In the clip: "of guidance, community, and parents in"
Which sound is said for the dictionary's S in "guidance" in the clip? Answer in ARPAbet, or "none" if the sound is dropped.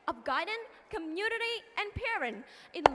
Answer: none